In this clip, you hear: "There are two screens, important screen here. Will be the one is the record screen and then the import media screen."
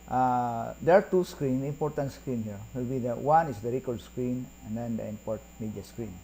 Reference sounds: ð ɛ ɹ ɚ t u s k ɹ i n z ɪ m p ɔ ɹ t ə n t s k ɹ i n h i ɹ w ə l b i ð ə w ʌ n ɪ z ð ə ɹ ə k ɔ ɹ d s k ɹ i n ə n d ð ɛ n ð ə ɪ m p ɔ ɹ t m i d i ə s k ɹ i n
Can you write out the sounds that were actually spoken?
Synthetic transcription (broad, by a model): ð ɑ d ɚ t u s k ɹ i n ɪ m p ɔ ɹ t ə n t s k ɹ i n h i ɹ w ə l b i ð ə w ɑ n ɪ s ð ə ɹ ə k ɔ ɹ d s k ɹ i n ə n d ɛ n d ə ɪ m p ɔ ɹ t m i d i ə s k ɹ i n